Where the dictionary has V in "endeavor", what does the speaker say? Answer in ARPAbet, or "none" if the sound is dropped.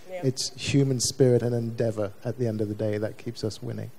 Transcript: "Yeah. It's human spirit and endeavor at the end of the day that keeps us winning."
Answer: V